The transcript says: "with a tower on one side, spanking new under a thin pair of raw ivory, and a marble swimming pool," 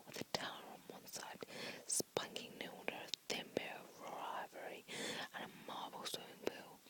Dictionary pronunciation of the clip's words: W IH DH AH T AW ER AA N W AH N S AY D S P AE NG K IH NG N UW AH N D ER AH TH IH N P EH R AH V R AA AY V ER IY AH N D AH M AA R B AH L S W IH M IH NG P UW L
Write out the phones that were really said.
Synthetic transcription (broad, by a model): W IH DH AH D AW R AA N W AH N S AY D S P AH NG K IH NG N UW AH N D ER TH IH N B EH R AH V R AA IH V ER IY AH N AH M AA R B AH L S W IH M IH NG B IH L